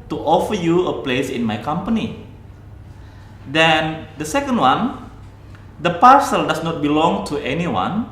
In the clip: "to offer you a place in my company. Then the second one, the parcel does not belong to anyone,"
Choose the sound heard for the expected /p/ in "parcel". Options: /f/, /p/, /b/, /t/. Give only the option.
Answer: /p/